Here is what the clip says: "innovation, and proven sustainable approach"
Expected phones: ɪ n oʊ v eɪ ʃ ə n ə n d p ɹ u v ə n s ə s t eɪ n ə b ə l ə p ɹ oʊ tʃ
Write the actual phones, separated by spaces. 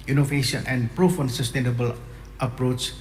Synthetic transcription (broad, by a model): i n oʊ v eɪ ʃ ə n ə n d p ɹ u f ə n s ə s t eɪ n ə b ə l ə p ɹ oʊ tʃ